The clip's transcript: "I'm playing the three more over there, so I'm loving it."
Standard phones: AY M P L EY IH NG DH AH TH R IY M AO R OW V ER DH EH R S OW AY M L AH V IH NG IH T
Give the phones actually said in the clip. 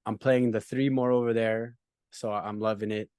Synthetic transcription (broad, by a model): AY M P L EY IH NG DH AH TH R IY M AO R OW V ER DH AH R S OW AY M L AH V IH NG IH T